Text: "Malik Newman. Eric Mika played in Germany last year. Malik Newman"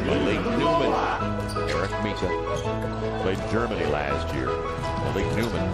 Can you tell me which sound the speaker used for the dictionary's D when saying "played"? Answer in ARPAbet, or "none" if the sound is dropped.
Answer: none